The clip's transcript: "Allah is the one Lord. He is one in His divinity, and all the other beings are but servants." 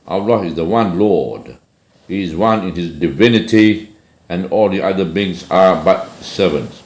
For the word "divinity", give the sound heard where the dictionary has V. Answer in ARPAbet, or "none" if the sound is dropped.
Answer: V